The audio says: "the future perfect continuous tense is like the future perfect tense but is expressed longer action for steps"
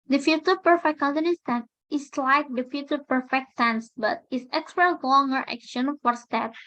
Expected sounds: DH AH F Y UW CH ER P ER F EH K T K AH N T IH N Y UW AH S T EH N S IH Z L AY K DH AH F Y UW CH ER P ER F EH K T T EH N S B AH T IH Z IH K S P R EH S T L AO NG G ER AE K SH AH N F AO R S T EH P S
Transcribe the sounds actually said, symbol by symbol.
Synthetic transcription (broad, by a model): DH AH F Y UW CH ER P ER F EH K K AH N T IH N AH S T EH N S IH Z L AY K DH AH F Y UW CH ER P ER F EH K T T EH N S B AH T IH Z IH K S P EH T L AO NG G ER AE K SH AH N F AO R S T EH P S